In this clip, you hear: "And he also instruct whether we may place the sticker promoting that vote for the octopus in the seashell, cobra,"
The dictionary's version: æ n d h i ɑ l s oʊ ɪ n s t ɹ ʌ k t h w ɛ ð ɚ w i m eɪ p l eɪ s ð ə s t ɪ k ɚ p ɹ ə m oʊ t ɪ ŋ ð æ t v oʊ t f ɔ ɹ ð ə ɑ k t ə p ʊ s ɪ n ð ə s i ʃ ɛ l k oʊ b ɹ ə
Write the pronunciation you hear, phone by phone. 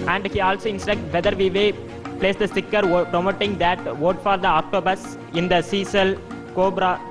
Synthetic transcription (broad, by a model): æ n d h i ɑ l s oʊ ɪ n s t ɹ ʌ k t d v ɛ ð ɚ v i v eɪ p l eɪ s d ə s t ɪ k ɚ p ɹ ə m oʊ t ɪ ŋ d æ t v oʊ t f ɔ ɹ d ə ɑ k t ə b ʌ s ɪ n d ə s i s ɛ l k oʊ b ɹ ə